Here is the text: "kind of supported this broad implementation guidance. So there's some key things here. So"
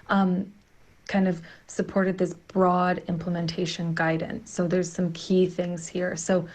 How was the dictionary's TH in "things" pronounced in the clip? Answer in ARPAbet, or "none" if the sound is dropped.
TH